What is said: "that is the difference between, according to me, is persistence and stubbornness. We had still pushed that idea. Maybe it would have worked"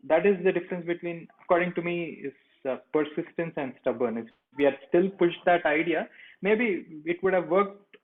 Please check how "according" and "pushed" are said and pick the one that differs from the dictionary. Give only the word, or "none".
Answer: none